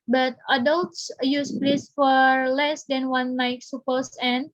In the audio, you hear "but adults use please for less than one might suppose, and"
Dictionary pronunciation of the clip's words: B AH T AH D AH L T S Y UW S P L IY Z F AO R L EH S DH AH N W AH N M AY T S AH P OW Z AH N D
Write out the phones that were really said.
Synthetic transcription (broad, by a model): B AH T AH D AH L T S Y UW S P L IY S F AO R L EH S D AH N W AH N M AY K S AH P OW S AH N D